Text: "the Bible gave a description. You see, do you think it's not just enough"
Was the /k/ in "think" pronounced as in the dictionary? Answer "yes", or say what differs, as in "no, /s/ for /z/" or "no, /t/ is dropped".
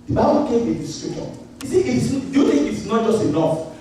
no, /k/ is dropped